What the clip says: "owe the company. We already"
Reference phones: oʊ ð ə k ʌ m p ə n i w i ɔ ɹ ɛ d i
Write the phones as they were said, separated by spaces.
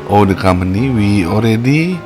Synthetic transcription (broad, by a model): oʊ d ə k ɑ m ə n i w i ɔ ɹ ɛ d i